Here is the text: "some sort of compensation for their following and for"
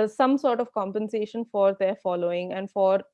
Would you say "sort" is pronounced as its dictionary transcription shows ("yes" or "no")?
yes